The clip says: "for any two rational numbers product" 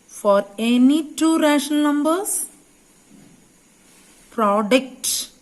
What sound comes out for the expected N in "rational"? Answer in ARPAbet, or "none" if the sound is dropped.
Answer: none